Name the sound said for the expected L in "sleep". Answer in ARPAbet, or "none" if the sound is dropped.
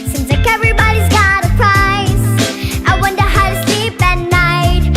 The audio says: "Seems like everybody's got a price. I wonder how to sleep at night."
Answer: L